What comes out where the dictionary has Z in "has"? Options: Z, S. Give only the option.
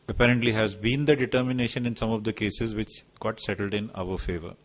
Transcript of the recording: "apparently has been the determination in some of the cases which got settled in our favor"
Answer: Z